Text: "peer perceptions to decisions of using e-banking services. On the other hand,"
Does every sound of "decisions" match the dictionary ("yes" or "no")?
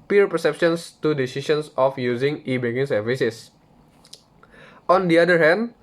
no